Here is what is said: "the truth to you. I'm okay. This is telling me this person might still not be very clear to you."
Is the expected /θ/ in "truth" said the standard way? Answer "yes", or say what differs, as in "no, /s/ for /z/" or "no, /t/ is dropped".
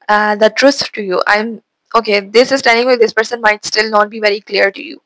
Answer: no, /s/ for /θ/